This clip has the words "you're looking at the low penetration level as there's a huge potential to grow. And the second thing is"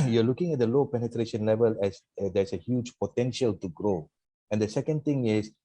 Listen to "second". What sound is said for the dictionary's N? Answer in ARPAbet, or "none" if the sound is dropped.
N